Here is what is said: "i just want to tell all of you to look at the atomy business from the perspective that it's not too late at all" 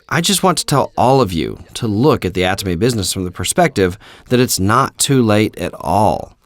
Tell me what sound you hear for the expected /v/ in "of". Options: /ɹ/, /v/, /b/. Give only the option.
/v/